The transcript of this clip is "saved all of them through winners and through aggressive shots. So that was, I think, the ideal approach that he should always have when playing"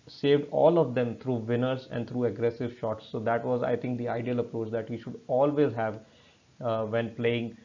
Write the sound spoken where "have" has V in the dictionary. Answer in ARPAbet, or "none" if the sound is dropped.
V